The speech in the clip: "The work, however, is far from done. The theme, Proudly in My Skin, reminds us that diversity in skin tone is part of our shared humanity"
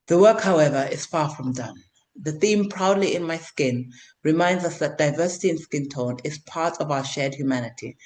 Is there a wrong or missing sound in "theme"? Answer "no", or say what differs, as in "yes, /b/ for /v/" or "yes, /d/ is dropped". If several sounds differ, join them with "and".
no